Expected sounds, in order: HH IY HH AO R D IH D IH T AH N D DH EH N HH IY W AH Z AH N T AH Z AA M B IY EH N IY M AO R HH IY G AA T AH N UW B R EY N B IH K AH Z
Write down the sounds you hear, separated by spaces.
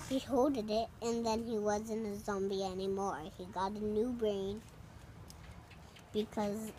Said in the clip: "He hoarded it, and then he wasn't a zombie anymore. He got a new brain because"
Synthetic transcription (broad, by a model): HH IY HH AO L D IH D IH T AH N DH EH N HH IY W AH Z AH N AH Z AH M B IY EH N IY M AO R HH IY G AA T AH N UW B R EY N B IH K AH Z